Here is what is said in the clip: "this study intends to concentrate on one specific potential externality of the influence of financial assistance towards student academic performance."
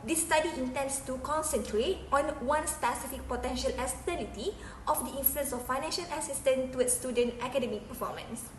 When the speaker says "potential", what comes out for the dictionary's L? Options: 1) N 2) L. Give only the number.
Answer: 2